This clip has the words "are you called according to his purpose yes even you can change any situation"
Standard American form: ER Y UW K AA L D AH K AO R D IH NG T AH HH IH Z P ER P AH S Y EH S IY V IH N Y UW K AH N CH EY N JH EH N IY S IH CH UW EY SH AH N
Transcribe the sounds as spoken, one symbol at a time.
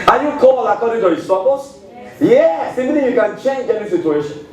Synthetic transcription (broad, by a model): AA Y UW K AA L AH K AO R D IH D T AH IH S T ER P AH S Y EH S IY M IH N Y UW K AH N CH EY N JH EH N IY S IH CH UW EY SH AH N